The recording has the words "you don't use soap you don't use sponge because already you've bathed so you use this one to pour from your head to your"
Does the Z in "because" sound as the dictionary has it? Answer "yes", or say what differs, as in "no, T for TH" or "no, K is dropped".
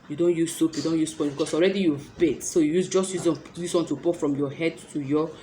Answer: no, S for Z